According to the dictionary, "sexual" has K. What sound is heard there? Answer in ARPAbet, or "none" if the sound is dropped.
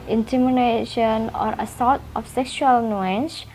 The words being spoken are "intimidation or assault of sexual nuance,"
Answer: K